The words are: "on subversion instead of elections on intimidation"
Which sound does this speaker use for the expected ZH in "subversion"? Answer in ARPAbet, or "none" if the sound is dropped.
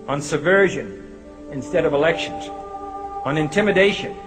ZH